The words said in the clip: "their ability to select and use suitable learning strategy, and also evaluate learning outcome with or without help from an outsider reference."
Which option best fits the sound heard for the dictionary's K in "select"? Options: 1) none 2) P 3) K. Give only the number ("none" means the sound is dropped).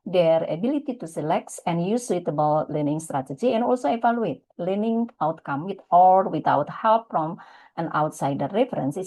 3